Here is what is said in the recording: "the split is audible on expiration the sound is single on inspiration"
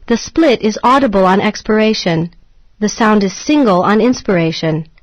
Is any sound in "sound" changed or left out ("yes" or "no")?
no